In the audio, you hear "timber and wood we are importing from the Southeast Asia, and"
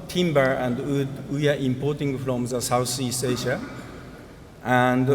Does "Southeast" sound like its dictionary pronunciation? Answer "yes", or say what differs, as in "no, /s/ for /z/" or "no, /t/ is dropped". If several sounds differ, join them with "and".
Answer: no, /s/ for /θ/